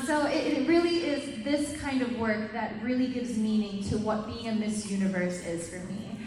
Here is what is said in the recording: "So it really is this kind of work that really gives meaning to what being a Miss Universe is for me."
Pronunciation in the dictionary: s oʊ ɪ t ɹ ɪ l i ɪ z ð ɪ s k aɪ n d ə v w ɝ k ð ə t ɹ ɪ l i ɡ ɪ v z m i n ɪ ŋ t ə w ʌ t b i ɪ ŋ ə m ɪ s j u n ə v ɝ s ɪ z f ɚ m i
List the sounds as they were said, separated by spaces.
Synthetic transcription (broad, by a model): s oʊ ɪ t ɹ ɪ l i ɪ z ð ɪ s k aɪ n d ə v w ɝ k ð ə t ɹ ɪ l i ɡ ɪ v z m i n ɪ ŋ t ə w ʌ t b i ɪ ŋ ə m ɪ s j u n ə v ɝ s ɪ z f ɚ m i